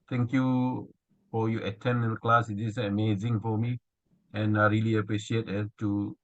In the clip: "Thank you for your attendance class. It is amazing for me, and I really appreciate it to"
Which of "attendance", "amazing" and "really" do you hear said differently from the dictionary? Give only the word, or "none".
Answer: attendance